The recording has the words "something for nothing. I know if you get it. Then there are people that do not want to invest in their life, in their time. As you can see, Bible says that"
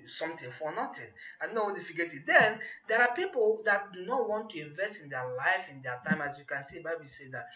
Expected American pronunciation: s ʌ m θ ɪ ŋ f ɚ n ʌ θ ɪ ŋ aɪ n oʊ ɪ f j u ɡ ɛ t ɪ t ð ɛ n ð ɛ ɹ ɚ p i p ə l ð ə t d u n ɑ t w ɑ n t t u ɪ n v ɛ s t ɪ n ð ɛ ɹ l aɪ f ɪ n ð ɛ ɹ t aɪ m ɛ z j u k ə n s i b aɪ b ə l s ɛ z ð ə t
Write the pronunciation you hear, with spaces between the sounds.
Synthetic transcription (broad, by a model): s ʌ m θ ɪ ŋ f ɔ n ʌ t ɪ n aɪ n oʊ ɪ f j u ɡ ɛ t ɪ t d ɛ n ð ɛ ɹ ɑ p i p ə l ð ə t d u n ɑ t w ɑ n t t u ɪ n v ɛ s t ɪ n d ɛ l aɪ f ɪ n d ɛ t aɪ m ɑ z j u k ə n s i b aɪ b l s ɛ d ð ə t